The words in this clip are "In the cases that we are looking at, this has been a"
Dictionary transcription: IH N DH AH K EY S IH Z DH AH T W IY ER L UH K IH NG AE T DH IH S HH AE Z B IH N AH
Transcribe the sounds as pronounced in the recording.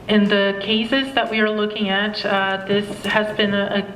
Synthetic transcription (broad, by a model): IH N DH AH K EY S IH Z DH AH T W IY ER L UH K IH NG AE T DH IH S HH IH Z B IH N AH